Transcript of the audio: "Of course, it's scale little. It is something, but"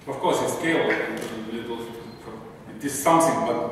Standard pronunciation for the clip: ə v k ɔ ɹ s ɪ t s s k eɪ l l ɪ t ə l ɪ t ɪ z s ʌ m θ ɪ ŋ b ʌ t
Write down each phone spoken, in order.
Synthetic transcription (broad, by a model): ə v k ɔ ɹ s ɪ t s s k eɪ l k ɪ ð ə l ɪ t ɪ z s ʌ m θ ɪ ŋ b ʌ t